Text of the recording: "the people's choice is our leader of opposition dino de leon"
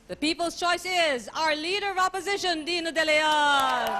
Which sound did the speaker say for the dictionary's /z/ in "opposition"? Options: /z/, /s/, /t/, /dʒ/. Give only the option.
/z/